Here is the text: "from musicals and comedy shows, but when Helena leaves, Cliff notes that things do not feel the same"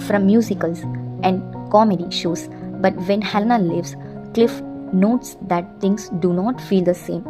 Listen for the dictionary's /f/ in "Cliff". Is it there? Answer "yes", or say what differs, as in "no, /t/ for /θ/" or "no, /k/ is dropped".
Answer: yes